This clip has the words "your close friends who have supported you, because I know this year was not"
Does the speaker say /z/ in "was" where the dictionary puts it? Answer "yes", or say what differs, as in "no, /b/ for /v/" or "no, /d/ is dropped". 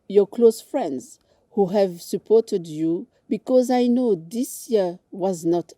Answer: yes